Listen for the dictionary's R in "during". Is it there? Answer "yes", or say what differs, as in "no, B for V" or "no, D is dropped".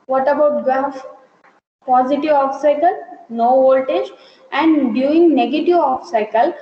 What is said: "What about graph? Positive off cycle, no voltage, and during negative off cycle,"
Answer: no, R is dropped